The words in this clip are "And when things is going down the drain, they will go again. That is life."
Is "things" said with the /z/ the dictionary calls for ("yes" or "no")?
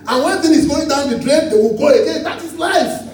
no